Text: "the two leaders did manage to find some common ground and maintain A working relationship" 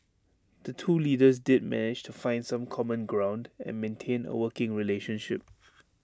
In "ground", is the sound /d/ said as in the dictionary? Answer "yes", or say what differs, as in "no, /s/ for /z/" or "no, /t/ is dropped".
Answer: yes